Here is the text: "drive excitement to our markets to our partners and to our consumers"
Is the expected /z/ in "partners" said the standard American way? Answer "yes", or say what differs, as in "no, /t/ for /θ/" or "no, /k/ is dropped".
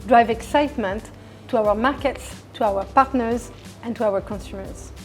yes